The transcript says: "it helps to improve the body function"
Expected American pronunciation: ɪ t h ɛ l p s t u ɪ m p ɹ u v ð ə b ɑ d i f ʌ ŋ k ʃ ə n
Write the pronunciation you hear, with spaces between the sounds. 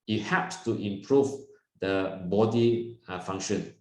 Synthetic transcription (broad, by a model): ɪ t h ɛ p s t u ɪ m p ɹ u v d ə b ɑ d i f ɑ ŋ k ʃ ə n